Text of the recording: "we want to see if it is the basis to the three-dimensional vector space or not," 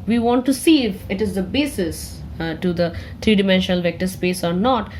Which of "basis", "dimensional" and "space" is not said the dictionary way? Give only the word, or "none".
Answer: none